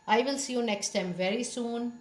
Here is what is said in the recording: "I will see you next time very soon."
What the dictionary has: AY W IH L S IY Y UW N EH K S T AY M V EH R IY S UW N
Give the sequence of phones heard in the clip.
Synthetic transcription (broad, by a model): AY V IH L S IY Y UW N EH K S T AY M V EH R IY S UW N